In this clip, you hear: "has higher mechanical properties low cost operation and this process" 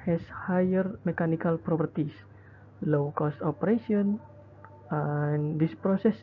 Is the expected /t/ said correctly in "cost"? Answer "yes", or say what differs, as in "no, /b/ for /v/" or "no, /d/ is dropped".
yes